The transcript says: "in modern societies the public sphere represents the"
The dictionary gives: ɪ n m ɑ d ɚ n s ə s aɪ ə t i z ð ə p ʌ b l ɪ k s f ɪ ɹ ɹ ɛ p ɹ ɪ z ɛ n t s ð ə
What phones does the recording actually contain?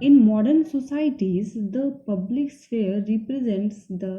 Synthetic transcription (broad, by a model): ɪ n m ɑ d ɚ n s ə s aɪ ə t i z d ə p ʌ b l ɪ k s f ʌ ɹ ɹ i p ɹ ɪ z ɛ n t s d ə